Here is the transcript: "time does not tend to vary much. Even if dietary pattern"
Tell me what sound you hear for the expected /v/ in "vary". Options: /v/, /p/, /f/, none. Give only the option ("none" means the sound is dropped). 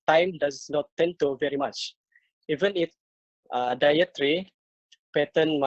/v/